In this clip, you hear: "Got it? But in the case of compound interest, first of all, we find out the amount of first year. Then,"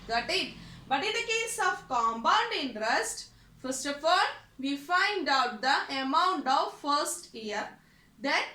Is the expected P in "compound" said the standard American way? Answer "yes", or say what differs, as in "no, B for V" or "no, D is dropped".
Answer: no, B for P